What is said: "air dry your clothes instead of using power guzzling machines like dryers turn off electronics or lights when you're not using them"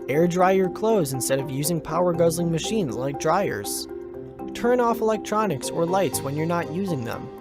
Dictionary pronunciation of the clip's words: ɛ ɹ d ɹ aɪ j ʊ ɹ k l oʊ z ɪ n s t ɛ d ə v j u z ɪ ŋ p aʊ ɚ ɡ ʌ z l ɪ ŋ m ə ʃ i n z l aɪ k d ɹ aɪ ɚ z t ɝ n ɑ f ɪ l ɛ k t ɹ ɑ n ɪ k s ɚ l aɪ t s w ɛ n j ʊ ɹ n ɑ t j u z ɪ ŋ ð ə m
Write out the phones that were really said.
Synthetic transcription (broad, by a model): ɛ ɹ d ɹ aɪ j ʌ ɹ k l oʊ z ɪ n s t ɛ d ə v j u z ɪ ŋ p aʊ ɚ ɡ ʌ z l ɪ ŋ m ə ʃ i n z l aɪ k d ɹ aɪ ɚ z t ɝ n ɑ f ɪ l ɛ k t ɹ ɑ n ɪ k s ɚ l aɪ t s w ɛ n j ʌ ɹ n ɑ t j u z ɪ ŋ ð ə m